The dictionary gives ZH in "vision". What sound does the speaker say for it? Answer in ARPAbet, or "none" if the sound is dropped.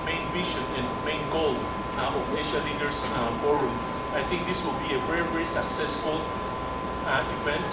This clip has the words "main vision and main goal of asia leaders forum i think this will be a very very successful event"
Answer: SH